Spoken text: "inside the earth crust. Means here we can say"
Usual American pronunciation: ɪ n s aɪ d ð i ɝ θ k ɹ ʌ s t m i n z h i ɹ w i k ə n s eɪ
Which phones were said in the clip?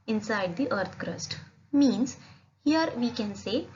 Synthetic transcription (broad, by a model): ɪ n s aɪ d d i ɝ t k ɹ ʌ s t m i n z h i ɹ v i k ə n s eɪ